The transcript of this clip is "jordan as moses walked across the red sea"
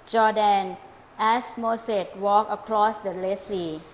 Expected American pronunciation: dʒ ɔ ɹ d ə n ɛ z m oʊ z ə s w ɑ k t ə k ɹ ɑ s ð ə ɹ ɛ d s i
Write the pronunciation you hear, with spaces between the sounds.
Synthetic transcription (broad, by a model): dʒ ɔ d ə n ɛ s m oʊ s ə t w ɑ k ə k ɹ ɑ s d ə l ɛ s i